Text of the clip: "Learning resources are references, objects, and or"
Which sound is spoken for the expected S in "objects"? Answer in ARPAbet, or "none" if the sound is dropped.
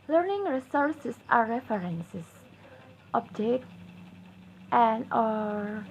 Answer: none